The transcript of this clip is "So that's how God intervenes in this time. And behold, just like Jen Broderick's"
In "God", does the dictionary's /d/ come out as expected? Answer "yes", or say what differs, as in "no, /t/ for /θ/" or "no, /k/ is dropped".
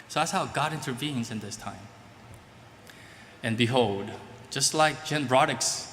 yes